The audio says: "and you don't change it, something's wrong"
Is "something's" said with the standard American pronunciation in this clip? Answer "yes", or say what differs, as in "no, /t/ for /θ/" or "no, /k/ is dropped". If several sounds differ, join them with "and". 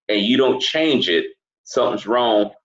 yes